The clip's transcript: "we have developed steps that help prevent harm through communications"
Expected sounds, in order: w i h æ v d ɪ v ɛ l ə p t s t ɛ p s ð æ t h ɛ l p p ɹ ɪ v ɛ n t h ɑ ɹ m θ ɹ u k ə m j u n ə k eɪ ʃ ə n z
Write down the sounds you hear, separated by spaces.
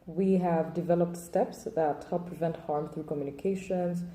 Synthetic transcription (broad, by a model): w i h æ v d ɪ v ɛ l ə p t s t ɛ p s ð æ t h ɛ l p p ɹ ɪ v ɛ n t h ɑ ɹ m θ ɹ u k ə m j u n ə k eɪ ʃ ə n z